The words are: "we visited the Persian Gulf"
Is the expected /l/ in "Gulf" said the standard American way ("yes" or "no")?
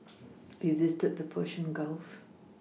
yes